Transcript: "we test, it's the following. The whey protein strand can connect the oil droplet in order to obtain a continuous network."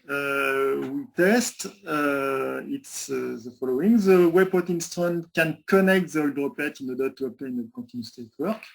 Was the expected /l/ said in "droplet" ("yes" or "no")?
no